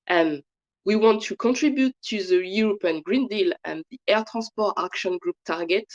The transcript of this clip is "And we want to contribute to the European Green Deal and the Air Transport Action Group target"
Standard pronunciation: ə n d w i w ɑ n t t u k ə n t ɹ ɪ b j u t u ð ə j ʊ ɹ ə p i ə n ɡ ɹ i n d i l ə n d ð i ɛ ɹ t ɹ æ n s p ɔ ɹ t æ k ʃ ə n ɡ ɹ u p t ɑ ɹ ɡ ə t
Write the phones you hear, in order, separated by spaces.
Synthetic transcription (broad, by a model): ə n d w i w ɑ n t t u k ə n t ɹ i b j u t u ð ə j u ɹ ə p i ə n ɡ ɹ i n d i l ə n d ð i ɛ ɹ t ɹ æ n s p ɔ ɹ t æ k ʃ ə n ɡ ɹ u p t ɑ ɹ ɡ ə t